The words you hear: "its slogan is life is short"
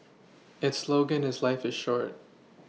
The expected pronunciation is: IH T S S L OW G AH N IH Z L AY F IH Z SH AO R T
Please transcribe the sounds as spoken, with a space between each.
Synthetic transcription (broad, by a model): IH T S S L OW G AH N IH Z L AY F IH Z SH AO R T